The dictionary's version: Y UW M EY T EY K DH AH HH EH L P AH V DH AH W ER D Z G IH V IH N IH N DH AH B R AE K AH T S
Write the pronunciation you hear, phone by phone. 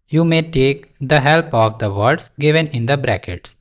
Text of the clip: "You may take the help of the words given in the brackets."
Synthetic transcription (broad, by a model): Y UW M EY T EY K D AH HH EH L P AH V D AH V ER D S G IH V IH N IH N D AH B R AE K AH T S